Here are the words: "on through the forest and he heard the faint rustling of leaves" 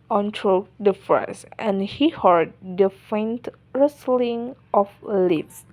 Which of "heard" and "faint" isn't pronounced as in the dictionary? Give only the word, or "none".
none